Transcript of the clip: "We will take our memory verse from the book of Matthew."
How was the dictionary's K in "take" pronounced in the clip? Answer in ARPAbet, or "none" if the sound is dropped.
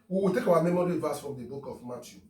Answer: K